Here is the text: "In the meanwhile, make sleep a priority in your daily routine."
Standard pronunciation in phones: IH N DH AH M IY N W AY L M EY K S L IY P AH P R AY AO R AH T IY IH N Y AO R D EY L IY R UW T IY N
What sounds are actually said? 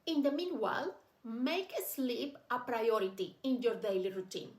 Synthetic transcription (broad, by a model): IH N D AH M IY N W AY L M EY K S L IY P AH P R AY AO R AH T IY IH N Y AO R D EY L IY R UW T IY N